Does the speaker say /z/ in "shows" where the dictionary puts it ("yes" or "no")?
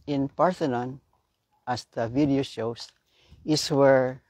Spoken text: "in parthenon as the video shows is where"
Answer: no